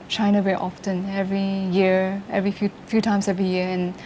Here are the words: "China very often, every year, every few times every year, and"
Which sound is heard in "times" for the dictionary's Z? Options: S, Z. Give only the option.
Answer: S